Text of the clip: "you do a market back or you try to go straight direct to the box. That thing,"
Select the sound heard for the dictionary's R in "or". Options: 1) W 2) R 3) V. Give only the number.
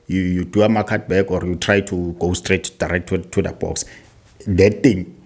2